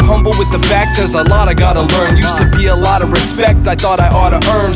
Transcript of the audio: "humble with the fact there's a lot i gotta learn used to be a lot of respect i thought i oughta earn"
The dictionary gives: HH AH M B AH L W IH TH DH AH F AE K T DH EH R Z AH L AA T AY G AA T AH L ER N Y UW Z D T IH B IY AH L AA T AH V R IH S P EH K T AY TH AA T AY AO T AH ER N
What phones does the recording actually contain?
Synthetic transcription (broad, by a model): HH AH M B L W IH DH AH F AE K T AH R Z AH L AA T AY G AA T AH L ER N Y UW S T IH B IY AH L AA T AH V R IH S P EH K T AY TH AA T AY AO T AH ER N